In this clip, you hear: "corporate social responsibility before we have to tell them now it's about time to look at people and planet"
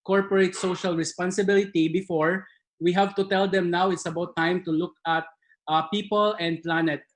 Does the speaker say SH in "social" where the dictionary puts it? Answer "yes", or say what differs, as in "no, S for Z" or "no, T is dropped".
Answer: yes